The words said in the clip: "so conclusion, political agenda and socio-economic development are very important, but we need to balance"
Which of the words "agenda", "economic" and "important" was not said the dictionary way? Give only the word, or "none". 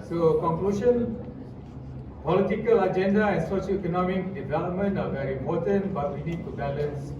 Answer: important